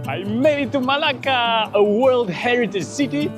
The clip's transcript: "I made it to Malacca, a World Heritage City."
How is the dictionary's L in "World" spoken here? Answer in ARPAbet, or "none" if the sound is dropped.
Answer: L